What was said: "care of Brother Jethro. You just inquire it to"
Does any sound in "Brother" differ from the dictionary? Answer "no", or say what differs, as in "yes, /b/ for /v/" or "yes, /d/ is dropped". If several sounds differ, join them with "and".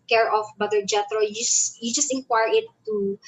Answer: yes, /ɹ/ is dropped